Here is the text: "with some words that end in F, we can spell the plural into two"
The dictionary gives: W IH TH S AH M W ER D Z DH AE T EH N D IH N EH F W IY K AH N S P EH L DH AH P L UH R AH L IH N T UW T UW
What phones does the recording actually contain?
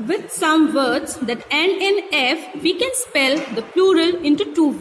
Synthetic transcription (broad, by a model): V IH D S AH M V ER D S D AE T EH N IH N EH F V IY K AH N S P EH L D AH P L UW R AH L IH N T UW T UW